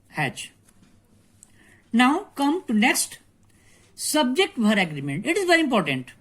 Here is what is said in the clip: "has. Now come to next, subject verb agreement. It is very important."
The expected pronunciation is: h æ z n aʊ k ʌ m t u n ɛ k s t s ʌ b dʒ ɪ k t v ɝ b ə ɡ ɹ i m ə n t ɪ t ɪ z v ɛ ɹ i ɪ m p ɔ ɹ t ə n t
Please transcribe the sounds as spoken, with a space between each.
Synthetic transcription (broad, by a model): h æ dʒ n aʊ k ʌ m t u n ɛ k s t s ʌ b dʒ ɪ k t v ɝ ə ɡ ɹ i m ə n t ɪ t ɪ z v ɛ ɹ i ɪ m p ɔ ɹ t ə n t